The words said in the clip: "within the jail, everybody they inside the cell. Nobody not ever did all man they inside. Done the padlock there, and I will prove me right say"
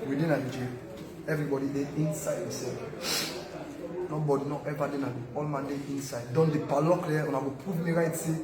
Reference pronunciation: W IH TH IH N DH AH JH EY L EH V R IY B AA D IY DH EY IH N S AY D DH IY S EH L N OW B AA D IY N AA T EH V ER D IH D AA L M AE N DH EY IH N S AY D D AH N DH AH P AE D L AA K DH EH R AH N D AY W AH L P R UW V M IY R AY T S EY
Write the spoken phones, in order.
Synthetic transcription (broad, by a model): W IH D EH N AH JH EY EH V R IY B AA D IY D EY IH N S AY D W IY S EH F N OW B AA D IY N AA T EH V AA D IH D AA L M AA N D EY IH N S AY D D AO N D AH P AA L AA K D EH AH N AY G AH P UW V M IY R AY T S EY